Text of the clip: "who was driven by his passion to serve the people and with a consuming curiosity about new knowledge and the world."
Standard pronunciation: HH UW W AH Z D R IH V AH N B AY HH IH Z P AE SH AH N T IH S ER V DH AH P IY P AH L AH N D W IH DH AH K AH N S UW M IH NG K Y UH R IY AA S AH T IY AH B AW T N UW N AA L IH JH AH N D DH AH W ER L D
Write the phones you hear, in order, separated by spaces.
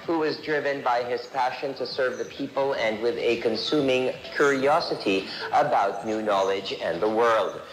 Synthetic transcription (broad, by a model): HH UW W AH Z D R IH V AH N B AY IH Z P AE SH AH N T IH S ER V DH AH P IY P AH L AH N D W IH DH AH K AH N S UW M IH NG K Y UH R IY AA S AH T IY AH B AW T N UW N AA L IH JH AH N DH AH W ER L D